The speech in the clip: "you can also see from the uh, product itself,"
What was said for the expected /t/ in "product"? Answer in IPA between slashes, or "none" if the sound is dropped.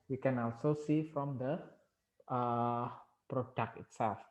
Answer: none